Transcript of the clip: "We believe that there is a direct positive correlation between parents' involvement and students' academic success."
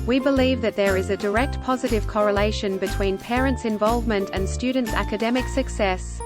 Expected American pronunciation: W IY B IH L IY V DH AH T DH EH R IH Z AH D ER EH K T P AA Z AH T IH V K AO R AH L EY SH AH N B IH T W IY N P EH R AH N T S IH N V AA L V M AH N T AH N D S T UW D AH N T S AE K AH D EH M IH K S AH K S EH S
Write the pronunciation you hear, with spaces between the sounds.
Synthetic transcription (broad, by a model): W IY B IH L IY V DH AH T DH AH R IH Z AH D ER EH K T P AA Z AH T IH V K AO R AH L EY SH AH N B IH T W IY N P EH R AH N T S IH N V AA L V M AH N T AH N S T UW D N T S AE K AH D EH M IH K S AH K S EH S